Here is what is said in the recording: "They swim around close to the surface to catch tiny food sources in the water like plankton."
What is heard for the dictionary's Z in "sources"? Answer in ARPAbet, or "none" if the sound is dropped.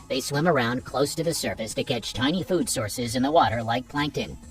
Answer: Z